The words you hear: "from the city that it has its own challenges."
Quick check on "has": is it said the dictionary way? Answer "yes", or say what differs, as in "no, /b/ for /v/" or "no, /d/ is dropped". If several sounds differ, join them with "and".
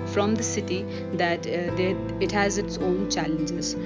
yes